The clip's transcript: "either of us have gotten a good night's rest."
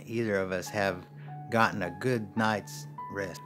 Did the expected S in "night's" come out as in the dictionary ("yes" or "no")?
yes